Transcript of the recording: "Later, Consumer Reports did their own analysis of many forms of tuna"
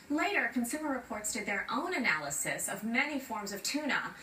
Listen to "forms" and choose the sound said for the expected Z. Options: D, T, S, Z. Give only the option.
Z